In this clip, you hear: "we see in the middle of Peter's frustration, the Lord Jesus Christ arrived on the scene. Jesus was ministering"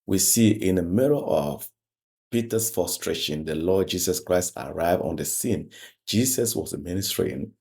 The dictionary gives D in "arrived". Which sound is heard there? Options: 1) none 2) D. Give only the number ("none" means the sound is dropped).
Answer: 1